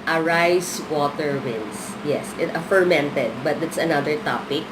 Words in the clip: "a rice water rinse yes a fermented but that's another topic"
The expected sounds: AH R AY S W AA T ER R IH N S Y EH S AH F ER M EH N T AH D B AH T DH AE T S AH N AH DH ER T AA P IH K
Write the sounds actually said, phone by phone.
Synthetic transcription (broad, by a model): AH R AY S W AA T ER W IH N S Y EH S AH F ER M EH N T AH D B AH T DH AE T S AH N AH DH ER T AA P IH K